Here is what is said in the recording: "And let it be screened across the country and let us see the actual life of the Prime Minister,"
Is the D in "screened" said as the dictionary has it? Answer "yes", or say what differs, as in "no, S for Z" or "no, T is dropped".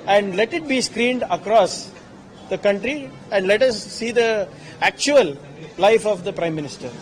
yes